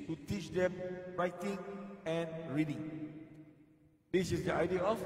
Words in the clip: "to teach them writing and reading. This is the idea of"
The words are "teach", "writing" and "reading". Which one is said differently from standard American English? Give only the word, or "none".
none